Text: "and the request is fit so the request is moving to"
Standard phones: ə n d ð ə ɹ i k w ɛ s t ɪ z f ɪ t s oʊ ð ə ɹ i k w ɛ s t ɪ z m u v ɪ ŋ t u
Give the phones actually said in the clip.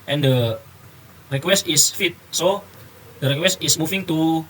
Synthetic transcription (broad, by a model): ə n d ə ɹ i k w ɛ s t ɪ s f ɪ t s oʊ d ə ɹ i k w ɛ s t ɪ s m u f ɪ ŋ t u